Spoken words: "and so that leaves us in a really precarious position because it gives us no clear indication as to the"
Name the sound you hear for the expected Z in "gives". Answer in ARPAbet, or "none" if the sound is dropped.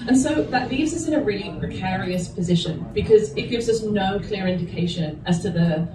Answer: Z